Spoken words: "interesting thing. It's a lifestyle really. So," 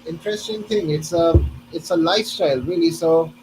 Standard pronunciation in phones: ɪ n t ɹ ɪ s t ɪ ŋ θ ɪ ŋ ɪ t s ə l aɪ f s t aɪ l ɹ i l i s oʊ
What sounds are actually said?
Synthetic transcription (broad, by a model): ɪ n t ɹ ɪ s t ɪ ŋ t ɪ ŋ ɪ t s ə l aɪ f s t aɪ l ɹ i l i s oʊ